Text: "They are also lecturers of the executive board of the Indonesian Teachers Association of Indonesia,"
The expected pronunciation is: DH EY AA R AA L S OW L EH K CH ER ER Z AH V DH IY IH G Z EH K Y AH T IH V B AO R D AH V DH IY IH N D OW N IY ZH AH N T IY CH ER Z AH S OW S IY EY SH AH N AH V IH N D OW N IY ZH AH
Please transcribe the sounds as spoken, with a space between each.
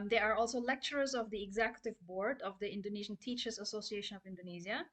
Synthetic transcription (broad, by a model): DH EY AA R AA L S OW L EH K CH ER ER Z AH V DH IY IH G Z EH K Y AH T IH V B AO R D AH V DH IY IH N D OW N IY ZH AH N T IY CH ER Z AH S OW S IY EY SH AH N AH V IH N D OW N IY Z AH